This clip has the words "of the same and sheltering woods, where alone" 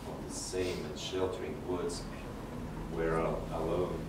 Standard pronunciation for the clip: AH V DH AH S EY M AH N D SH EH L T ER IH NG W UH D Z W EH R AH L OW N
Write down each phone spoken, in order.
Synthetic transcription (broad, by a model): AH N DH AH S EY M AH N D SH EH L T ER IH NG W UH D Z W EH R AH L OW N